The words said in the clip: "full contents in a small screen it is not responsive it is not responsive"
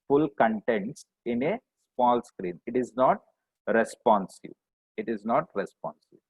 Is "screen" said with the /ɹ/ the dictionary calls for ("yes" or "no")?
yes